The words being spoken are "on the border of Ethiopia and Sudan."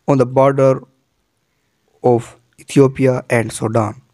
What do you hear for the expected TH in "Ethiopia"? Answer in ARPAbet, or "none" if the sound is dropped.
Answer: T